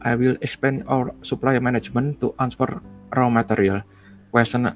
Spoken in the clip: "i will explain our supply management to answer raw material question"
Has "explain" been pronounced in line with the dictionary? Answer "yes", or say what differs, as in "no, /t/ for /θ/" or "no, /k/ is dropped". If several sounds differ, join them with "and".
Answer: no, /l/ is dropped